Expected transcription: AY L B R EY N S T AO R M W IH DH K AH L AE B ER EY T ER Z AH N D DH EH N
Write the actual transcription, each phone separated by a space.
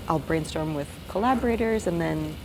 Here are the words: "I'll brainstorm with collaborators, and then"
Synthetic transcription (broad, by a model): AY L B R EY N S T AO R M W IH DH K AH L AE B ER EY T ER Z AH N DH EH N